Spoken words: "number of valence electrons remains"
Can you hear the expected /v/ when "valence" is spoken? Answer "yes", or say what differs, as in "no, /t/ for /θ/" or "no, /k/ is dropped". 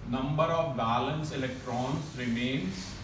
no, /b/ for /v/